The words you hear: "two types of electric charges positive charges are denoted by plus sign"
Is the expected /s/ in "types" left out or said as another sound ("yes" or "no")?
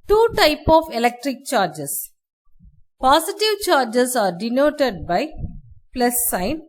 yes